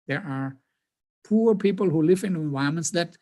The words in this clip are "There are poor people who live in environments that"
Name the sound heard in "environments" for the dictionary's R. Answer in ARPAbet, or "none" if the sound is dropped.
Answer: none